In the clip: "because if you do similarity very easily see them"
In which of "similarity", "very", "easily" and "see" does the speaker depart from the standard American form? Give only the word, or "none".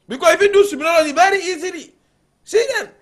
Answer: similarity